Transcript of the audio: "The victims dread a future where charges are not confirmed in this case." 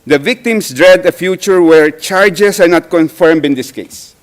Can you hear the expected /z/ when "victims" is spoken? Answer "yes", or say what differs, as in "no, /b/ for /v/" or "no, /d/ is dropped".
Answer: no, /s/ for /z/